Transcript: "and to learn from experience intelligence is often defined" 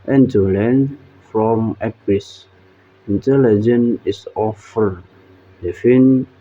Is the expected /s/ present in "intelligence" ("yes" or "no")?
no